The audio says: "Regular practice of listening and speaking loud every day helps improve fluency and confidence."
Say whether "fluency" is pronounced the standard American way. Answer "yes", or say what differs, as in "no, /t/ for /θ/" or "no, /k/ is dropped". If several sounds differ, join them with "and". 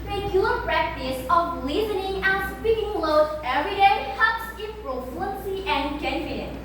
no, /l/ is dropped